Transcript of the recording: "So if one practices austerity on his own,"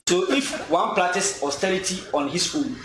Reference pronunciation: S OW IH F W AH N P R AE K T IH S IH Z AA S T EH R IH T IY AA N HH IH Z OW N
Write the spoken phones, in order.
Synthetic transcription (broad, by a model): S OW IH F W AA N P L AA T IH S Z AA S T EH R IH T IY AA N HH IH S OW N